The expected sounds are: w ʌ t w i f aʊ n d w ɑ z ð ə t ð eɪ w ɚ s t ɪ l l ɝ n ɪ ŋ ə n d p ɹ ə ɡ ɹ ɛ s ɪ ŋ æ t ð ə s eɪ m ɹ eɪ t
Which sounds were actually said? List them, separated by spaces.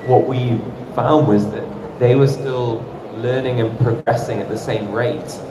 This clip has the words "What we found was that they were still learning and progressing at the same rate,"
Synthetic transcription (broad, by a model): w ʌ t w i f aʊ n d w ɑ z ð ə t ð eɪ w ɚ s t ɪ l l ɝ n ɪ ŋ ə n p ɹ ə ɡ ɹ ɛ s ɪ ŋ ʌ t ð ə s eɪ m ɹ eɪ t